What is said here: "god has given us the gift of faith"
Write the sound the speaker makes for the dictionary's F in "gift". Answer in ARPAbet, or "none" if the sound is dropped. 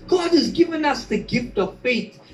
F